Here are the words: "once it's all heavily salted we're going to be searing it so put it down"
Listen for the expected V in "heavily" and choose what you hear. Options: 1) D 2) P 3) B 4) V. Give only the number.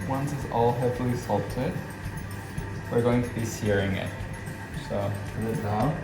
2